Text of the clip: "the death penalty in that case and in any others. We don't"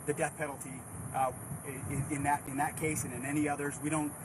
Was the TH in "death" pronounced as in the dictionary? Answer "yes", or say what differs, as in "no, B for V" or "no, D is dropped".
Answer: yes